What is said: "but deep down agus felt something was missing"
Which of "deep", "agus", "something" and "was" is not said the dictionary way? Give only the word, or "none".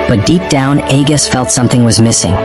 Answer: none